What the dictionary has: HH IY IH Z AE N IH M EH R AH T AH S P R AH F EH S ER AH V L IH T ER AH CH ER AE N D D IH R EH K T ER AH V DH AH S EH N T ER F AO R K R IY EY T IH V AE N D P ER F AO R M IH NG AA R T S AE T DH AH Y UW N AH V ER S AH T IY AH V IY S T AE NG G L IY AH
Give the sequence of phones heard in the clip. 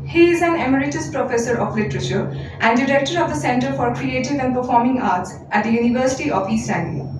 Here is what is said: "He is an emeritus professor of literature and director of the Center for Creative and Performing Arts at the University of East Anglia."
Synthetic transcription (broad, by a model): HH IY IH Z AE N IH M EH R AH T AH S P R AH F EH S ER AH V L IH T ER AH CH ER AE N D D IH R EH K T ER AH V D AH S EH N T ER F AO R K R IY EY T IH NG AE N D P ER F AO R M IH NG AA R T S AE T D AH Y UW N AH V ER S AH T IY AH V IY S AE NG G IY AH